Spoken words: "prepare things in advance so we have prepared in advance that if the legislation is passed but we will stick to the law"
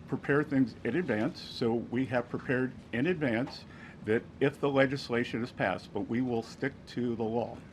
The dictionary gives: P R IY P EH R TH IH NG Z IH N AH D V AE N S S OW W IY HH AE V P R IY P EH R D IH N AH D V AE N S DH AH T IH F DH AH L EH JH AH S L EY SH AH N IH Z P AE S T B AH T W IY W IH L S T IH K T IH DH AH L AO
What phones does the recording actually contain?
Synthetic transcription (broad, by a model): P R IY P EH R TH IH NG Z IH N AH D V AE N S S OW W IY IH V P R IY P EH R D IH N AH D V AE N S DH AH T IH F DH AH L EH JH AH S L EY SH AH N IH Z P AE S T B AH T W IY W IH L S T IH K T IH DH AH L AO